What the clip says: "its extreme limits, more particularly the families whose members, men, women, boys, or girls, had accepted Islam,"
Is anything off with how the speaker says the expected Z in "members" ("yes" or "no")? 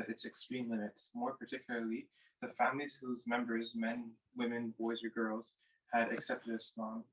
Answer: no